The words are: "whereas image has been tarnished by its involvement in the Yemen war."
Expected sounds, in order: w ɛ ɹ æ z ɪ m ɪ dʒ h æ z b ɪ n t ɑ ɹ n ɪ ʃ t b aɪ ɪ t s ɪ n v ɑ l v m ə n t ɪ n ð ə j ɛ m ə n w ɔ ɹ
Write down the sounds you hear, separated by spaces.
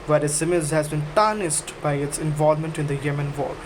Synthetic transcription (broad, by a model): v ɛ ɹ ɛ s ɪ m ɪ z h æ z b ɪ n t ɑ n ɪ s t b aɪ ɪ t s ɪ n v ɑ l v m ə n t ɪ n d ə j ɛ m ə n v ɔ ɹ